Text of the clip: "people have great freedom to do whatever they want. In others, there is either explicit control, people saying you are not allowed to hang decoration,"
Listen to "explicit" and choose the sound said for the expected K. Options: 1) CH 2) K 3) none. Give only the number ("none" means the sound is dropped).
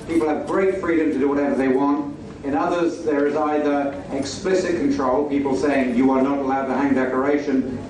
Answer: 2